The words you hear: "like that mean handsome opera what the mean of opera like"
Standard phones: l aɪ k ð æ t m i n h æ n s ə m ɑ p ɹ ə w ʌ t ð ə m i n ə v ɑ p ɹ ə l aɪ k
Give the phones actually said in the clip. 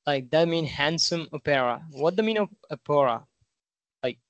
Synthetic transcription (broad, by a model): l aɪ k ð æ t m i n h æ n s ə m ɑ p ɹ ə w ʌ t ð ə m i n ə p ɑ ɹ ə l aɪ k